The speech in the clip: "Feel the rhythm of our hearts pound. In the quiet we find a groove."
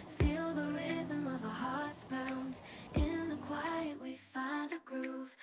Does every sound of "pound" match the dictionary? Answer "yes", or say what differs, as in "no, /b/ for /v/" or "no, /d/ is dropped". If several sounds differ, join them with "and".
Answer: no, /b/ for /p/